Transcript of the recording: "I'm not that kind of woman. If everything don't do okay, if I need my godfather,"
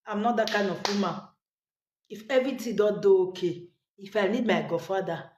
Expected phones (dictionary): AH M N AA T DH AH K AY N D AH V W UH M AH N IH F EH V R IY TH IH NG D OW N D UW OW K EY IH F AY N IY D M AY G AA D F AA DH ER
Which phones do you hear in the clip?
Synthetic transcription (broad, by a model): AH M N AA T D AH K AY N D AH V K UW M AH IH F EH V R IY T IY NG D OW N D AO OW K EY IH F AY N IY D M AY G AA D F AA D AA